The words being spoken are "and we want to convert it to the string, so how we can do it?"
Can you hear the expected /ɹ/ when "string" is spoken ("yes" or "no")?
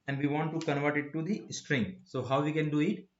yes